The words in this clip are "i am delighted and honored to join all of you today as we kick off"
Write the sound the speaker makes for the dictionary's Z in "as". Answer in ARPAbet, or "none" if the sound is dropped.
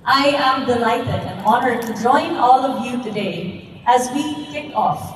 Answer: Z